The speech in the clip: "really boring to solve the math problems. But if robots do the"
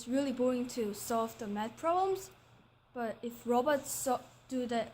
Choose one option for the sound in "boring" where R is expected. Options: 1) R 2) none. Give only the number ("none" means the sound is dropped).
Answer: 2